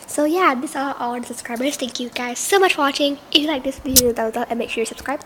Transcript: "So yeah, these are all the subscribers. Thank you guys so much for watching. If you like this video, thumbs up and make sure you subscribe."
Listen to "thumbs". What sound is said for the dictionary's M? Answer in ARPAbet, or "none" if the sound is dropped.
none